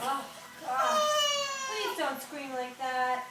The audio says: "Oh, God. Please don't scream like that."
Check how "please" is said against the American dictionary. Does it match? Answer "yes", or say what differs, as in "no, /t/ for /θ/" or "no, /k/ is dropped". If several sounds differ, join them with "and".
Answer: no, /z/ is dropped